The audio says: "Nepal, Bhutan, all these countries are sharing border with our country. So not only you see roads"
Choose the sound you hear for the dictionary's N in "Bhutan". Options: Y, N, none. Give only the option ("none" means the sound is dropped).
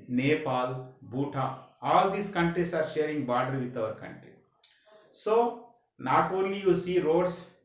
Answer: none